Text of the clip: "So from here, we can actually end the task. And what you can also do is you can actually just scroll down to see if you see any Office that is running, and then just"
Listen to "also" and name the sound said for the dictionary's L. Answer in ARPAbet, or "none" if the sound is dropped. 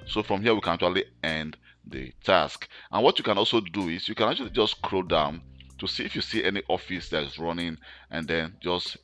L